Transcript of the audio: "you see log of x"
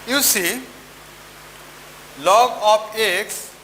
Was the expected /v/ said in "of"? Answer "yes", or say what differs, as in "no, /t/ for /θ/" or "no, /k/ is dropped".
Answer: no, /p/ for /v/